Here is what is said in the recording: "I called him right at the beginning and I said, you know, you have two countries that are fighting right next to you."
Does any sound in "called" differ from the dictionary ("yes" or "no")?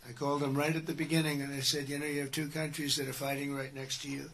no